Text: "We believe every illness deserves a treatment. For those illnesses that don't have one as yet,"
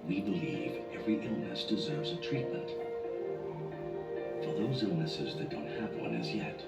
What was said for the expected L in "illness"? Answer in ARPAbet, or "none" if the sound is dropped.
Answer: L